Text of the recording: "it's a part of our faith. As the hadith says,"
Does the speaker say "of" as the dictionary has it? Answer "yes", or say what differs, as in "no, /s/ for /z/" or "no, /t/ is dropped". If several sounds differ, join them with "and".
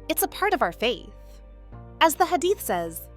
yes